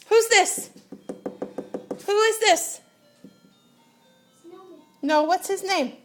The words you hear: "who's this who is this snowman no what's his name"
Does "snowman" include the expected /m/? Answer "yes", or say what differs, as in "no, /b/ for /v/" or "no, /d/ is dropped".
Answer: no, /m/ is dropped